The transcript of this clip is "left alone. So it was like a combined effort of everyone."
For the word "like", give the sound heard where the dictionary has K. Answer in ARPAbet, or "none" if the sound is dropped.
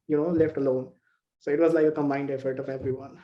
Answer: none